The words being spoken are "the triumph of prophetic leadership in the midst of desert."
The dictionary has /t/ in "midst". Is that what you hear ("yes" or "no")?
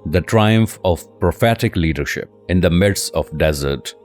no